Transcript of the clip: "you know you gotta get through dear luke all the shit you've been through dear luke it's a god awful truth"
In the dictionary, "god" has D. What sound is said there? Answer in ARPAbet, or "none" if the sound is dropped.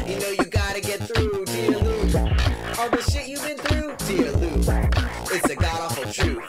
D